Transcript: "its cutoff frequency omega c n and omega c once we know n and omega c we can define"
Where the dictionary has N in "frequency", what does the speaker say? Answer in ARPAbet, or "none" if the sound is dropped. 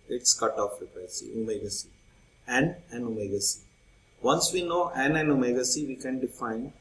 L